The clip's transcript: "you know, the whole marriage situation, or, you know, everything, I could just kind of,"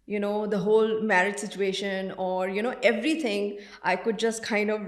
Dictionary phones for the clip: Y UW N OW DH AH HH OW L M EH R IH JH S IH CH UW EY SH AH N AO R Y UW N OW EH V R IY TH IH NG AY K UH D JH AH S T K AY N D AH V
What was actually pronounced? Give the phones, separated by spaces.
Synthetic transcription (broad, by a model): Y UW N OW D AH HH OW L M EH R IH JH S IH CH UW EY SH AH N AO R Y UW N OW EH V R IY T IH NG AY K UH D JH AH S T K AY N D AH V